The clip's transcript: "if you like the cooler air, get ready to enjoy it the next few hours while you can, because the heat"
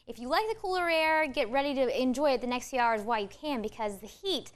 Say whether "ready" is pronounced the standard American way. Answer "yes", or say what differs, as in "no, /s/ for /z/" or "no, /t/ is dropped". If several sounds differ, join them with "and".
yes